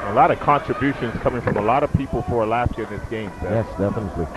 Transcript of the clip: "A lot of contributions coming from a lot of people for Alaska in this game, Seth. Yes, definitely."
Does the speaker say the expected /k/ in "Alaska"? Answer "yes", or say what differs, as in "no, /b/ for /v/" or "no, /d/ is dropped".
no, /k/ is dropped